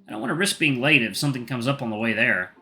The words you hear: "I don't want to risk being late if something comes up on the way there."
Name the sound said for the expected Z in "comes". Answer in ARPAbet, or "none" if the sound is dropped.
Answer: Z